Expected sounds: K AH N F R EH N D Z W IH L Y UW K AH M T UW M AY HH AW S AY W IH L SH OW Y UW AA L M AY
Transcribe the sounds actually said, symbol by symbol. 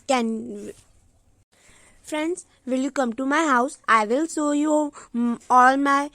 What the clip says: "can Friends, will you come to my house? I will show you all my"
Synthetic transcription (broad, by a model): K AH N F R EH N D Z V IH L Y UW K AH M T UW M AY HH AW S AY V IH L S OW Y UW AA L M AY